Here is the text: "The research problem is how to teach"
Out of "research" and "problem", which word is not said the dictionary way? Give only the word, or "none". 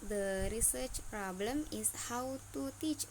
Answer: none